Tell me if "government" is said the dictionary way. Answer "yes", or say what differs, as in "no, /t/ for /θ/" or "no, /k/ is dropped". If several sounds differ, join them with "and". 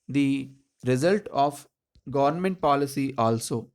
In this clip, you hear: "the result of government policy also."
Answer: yes